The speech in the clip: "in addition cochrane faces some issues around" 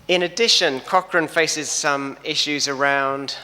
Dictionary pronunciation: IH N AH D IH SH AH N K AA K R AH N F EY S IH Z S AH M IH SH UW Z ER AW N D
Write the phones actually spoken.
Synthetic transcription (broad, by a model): IH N AH D IH SH AH N K AA K R AH N F EY S IH Z S AH M IH SH UW Z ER AW N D